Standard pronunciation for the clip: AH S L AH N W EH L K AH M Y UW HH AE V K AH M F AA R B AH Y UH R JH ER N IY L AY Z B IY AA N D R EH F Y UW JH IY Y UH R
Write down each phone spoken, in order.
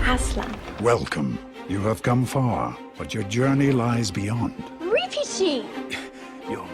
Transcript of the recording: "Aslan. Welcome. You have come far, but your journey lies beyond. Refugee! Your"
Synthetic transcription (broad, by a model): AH S L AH W EH L K AH M Y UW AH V K AH M F AA R B AH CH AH R JH ER N IY L AY Z B IY AA N D R EH F Y UW JH IY Y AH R